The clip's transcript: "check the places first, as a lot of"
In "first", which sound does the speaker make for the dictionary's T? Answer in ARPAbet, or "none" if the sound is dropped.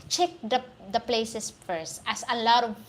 T